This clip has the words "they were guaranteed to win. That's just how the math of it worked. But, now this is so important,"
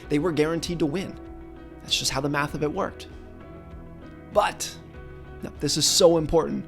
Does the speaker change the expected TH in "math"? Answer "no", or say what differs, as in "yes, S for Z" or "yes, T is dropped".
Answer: no